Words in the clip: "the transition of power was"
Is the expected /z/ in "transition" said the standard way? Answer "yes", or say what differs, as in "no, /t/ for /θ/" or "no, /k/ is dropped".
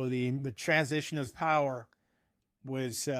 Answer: yes